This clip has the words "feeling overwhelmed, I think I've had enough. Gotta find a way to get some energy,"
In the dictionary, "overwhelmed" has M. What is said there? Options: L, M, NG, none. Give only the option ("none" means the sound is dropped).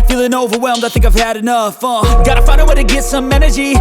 M